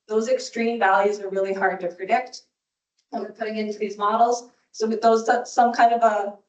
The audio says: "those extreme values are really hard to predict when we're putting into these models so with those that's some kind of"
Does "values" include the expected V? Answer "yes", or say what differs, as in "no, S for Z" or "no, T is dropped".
yes